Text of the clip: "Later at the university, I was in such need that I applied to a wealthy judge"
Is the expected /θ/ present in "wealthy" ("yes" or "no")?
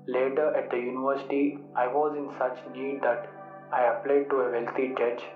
no